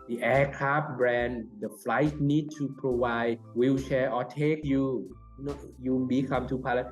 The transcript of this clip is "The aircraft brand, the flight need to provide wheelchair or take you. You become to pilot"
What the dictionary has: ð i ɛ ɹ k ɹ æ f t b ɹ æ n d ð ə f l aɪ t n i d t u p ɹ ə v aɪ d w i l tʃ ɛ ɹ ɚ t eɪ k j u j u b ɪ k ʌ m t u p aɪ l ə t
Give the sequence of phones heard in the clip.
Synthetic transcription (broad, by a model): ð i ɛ k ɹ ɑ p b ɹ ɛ n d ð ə f l aɪ t n i d t u p ɹ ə w aɪ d w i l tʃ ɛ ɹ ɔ t eɪ k j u j u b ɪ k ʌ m t u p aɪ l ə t